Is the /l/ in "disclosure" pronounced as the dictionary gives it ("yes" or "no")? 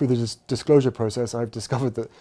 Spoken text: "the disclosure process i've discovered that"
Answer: yes